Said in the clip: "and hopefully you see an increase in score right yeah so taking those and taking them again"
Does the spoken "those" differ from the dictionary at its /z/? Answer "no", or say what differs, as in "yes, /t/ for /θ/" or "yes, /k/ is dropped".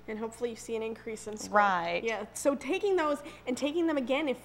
no